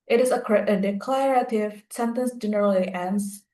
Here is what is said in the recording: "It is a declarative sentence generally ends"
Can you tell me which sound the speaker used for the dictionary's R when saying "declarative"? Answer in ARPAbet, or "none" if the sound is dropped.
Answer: R